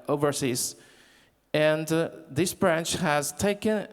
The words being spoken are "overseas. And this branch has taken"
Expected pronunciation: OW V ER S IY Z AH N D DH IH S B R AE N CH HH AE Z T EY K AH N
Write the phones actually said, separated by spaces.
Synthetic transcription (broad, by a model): OW V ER S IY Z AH N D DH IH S B R AE N CH HH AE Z T EY K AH N